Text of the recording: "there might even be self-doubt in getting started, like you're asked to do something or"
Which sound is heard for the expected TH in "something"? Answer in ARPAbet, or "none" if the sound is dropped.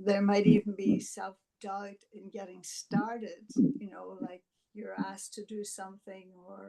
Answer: TH